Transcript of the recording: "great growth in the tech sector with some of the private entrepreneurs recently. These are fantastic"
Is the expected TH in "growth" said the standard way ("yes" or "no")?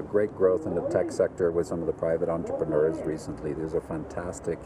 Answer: yes